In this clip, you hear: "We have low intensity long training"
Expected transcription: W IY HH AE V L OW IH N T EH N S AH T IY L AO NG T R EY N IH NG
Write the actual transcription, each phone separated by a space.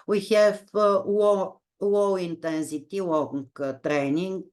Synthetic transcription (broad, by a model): W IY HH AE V W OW IH N T EH N S AH T IY W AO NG T R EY N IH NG